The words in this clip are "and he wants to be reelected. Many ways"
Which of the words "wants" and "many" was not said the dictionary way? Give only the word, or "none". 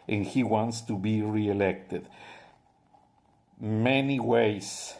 none